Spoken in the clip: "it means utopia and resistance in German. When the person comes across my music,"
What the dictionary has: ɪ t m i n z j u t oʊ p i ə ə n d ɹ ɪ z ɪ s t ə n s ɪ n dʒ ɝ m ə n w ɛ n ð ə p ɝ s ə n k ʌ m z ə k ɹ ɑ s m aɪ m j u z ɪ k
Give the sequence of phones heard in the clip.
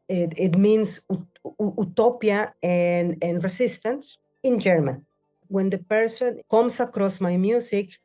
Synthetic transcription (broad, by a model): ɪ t m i n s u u t oʊ p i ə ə n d ɹ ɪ s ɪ s t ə n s ɪ n dʒ ɝ m ə n w ɛ n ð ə p ɝ s ə n k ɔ m s ə k ɹ ɑ s m aɪ m j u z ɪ k